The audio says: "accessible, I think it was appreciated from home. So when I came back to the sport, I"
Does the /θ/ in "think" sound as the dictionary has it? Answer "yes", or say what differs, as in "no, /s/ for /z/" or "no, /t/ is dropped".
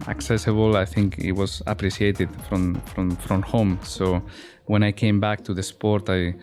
yes